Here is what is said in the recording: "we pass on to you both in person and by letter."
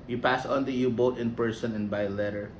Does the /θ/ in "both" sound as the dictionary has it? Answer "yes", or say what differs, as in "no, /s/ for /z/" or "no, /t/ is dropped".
no, /t/ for /θ/